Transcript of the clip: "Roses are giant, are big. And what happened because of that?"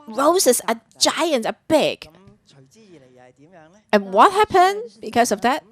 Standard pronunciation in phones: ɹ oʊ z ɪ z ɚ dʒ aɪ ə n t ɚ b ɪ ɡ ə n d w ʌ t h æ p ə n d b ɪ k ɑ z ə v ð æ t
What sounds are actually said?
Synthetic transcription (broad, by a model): ɹ oʊ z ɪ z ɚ dʒ aɪ ə n t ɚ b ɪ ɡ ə n w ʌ t h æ p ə n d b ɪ k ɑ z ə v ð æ t